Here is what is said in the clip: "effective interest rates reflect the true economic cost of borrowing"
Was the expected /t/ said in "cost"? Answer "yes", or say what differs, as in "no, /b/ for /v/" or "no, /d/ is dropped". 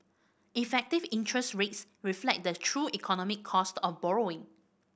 yes